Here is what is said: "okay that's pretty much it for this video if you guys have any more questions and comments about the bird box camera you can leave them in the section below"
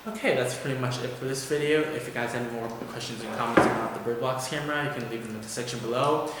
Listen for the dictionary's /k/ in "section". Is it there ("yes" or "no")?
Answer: yes